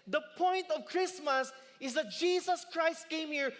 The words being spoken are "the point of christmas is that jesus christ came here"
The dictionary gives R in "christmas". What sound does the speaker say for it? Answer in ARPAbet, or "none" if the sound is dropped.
R